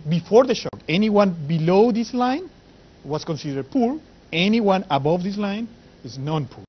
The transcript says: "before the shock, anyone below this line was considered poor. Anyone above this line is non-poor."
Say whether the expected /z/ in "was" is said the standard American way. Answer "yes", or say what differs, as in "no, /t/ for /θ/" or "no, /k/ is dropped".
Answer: no, /s/ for /z/